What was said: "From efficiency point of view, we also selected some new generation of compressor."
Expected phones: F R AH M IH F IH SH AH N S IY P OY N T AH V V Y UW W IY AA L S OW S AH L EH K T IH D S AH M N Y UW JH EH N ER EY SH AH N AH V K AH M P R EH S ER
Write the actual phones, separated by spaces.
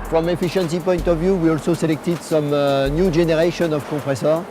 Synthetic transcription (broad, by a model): F R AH M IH F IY SH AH N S IY P OY N T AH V V Y UW W IY AA L S OW S AH L EH K T IH D S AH M N Y UW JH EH N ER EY SH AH N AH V K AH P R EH S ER